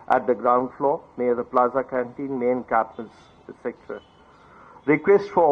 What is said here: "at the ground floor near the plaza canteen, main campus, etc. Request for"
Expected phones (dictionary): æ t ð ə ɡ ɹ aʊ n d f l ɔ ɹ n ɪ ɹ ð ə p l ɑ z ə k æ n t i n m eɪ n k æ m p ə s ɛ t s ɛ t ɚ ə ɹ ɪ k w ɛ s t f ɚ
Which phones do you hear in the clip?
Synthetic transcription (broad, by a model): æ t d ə ɡ ɹ aʊ n d f l ɔ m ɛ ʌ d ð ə p l ɑ z ə k æ n t i n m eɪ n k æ p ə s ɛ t s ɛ t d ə ɹ ɪ k w ɛ s t f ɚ